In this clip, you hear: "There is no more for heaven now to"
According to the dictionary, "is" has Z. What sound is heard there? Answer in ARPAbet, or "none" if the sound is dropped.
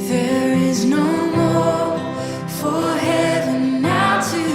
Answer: Z